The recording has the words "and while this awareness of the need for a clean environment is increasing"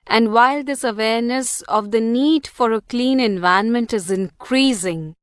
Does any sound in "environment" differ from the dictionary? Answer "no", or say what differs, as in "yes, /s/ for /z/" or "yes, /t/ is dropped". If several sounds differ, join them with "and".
yes, /ɹ/ is dropped